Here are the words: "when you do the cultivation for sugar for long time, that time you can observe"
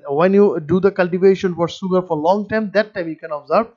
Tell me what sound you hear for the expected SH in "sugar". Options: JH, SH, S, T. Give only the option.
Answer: S